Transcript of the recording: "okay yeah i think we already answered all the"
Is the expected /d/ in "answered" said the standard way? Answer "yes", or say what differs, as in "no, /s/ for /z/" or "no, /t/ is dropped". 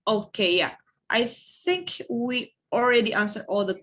no, /d/ is dropped